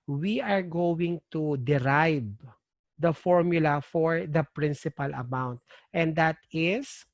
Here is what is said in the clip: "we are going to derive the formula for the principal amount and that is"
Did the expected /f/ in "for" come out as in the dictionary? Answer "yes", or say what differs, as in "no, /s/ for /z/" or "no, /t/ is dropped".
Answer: yes